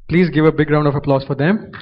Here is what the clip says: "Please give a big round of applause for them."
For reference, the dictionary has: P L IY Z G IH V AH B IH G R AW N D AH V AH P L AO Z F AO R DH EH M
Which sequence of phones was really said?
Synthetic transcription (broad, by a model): P L IY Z G IH V AH B IH G R AW N D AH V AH P L AO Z F AO R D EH M